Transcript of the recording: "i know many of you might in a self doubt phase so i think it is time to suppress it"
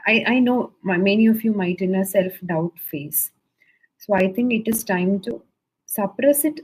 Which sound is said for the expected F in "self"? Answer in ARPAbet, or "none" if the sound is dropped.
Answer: F